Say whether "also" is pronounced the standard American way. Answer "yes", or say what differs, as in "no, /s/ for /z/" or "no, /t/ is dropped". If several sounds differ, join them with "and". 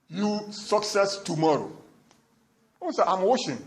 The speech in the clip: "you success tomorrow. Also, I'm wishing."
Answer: no, /l/ is dropped